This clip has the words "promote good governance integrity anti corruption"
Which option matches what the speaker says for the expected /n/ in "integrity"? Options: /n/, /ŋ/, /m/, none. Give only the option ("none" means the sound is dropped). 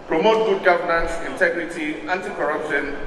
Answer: /n/